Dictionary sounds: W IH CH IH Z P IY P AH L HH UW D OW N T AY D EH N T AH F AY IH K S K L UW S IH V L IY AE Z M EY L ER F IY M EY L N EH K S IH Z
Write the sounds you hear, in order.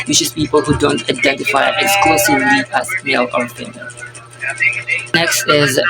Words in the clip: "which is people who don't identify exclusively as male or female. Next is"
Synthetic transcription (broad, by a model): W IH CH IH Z P IY P AH L HH UW D OW N T AY D EH N T AH F AY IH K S K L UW S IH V L IY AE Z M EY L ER P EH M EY N N EH K S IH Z